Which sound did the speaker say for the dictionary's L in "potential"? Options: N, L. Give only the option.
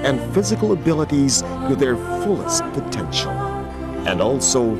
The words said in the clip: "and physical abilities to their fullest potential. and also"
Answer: N